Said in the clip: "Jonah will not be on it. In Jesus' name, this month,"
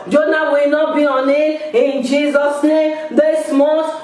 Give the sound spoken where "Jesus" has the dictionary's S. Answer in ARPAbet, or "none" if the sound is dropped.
S